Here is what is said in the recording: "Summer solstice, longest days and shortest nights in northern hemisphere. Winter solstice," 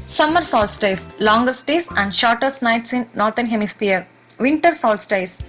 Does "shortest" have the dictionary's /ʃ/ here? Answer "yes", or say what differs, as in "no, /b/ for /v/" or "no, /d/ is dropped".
yes